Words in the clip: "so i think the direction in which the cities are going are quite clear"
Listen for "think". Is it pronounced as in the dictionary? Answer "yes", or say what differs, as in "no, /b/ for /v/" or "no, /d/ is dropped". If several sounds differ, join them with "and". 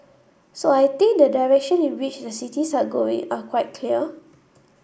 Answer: no, /t/ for /θ/